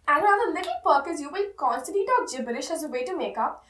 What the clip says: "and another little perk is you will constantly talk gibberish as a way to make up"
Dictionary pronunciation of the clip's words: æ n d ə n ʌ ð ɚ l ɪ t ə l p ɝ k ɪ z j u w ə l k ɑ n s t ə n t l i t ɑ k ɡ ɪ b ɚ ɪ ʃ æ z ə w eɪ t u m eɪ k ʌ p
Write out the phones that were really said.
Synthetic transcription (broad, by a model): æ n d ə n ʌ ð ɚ l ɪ t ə l p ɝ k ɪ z j u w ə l k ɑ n s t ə t i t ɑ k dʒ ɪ b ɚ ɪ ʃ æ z ə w eɪ t u m eɪ k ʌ p